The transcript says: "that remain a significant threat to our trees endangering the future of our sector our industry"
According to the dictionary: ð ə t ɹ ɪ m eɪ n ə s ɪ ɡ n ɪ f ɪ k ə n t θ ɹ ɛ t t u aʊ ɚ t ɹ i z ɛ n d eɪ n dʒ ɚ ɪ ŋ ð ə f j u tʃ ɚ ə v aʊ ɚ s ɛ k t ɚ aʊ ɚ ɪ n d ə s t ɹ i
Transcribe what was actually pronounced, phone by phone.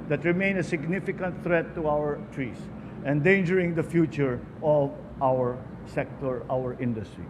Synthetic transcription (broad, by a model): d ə t ɹ ɪ m eɪ n ə s ɪ ɡ n ɪ f ɪ k ə n t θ ɹ ɛ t t u aʊ ɚ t ɹ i s ɛ n d eɪ n dʒ ɚ ɪ ŋ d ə f j u tʃ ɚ ə v aʊ ɚ s ɛ k t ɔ aʊ ɚ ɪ n d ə s t ɹ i